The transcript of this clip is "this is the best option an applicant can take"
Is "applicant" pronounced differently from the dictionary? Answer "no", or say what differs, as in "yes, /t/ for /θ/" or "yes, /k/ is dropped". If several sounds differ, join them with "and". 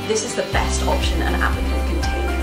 yes, /n/ is dropped